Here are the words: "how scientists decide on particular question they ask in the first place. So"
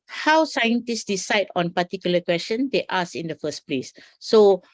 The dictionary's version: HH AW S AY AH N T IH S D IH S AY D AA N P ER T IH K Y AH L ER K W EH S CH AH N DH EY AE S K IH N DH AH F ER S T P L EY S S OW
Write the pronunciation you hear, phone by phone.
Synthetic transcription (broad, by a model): HH AW S AY AH N T IH S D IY S AY D AA N P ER T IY K Y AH L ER K W EH S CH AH N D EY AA S IH N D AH F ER S P L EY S S OW